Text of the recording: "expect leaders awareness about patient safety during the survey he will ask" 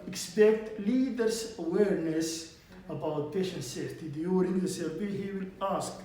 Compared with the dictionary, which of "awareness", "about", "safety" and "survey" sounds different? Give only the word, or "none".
survey